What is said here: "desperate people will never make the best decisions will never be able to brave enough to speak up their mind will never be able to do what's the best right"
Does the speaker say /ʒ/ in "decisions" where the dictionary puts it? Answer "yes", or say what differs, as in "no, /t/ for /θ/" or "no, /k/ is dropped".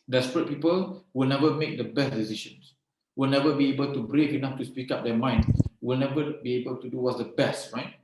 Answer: no, /ʃ/ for /ʒ/